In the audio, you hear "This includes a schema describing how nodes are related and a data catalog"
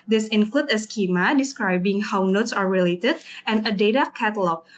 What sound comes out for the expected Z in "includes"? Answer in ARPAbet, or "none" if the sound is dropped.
none